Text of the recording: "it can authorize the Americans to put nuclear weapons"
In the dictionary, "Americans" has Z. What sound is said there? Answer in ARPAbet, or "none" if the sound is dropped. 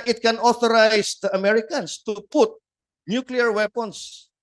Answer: S